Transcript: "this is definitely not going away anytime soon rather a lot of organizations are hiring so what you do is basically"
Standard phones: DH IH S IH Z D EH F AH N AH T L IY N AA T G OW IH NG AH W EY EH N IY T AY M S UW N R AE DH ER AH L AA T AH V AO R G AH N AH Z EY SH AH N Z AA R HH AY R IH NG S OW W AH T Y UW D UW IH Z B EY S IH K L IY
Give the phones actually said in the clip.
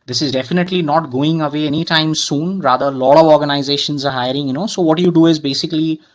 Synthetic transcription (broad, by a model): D IH S IH Z D EH F AH N AH T L IY N AA T G OW IH NG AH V EY EH N IY T AY M S UW N R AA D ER AH L AA T AH V AO R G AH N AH Z EY SH AH N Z AA R HH AY R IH NG S OW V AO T Y UW D UW IH Z B EY S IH K L IY